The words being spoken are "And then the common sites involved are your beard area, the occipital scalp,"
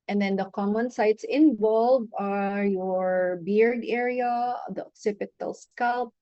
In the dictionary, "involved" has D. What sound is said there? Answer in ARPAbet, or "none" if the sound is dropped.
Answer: none